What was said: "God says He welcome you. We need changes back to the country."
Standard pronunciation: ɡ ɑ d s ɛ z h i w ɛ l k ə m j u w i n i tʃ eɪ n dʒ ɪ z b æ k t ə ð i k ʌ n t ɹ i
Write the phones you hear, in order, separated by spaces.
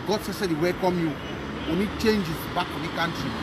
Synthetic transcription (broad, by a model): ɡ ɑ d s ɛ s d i w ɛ k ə m j u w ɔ n i tʃ eɪ n dʒ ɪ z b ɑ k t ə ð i k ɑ n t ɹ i